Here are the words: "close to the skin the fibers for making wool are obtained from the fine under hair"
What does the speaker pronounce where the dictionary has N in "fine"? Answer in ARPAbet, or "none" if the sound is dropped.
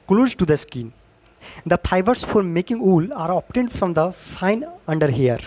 N